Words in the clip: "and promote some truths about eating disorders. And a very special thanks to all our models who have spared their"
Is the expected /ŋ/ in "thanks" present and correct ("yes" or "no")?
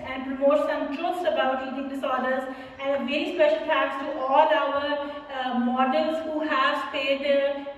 no